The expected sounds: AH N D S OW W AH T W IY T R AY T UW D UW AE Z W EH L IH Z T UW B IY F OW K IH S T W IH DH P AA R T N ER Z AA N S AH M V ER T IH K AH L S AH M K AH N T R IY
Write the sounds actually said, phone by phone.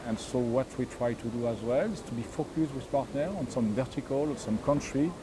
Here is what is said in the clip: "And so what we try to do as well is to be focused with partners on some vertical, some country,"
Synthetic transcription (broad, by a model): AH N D S OW W AH T W IY T R AY T UW D UW AE Z W EH L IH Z T UW B IY F OW K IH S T W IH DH P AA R T N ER AA N S AH M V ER T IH K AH L S AH M K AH N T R IY